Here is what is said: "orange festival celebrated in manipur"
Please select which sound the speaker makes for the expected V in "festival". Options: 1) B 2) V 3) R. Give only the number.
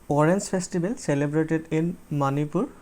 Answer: 1